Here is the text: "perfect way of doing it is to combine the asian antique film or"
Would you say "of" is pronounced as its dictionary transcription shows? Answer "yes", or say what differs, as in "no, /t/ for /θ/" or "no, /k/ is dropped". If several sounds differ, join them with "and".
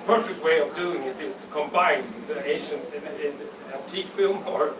yes